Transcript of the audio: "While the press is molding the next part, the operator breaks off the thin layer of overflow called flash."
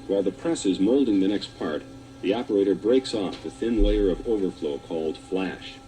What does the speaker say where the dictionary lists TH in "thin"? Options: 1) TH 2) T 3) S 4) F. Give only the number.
1